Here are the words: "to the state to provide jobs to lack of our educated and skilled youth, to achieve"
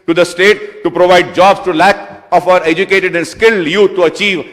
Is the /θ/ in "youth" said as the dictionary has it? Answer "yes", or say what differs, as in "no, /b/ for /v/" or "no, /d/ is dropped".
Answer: no, /t/ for /θ/